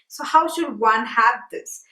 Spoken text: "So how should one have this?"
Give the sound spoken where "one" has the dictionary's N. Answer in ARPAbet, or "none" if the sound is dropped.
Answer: N